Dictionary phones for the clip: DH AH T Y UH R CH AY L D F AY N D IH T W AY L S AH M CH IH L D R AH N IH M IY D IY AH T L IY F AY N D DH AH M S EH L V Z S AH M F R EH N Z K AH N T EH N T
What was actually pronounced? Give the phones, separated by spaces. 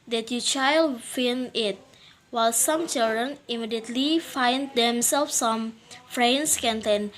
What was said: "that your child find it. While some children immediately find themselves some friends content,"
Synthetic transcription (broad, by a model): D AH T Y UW CH AY L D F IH N IH T W AY L S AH M CH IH L D R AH N IH M IY D IY AH T L IY F AY N D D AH M S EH L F S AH M F R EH N S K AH N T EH N